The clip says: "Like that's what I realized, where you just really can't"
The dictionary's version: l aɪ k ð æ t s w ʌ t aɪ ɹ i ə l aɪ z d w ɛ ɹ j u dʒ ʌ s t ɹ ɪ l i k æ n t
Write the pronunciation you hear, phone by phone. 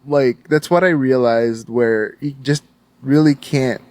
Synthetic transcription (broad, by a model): l aɪ k ð æ t s w ʌ t aɪ ɹ i ə l aɪ z d w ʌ ɹ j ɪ dʒ ʌ s t ɹ ɪ l i k æ n t